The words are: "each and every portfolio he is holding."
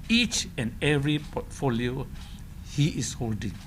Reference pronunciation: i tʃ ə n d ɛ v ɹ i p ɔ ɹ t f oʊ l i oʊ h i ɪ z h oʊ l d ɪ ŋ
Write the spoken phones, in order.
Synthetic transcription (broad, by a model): i tʃ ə n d ɛ v ɹ i p ɔ t f oʊ l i oʊ h i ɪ s h oʊ l d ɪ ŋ